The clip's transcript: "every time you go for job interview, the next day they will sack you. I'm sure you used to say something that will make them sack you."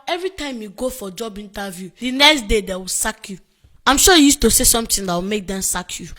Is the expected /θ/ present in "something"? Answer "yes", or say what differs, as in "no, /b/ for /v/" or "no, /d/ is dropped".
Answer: no, /t/ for /θ/